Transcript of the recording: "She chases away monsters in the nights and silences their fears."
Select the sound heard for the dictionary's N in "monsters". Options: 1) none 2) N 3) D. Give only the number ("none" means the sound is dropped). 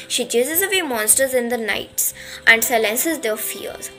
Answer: 2